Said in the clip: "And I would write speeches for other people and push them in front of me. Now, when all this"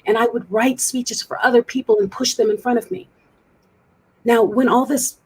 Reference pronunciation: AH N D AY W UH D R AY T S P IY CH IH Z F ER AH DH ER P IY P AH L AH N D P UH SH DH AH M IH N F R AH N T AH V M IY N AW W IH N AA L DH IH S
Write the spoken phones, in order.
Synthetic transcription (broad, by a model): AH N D AY W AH D R AY T S P IY CH IH Z F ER AH DH ER P IY P L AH N P UH SH DH AH M IH N F R AH T AH V M IY N AW W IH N AA L DH IH S